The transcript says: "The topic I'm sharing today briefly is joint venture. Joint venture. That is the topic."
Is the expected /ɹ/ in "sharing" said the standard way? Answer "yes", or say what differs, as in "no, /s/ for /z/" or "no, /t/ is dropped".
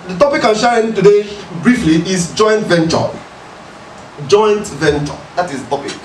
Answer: no, /ɹ/ is dropped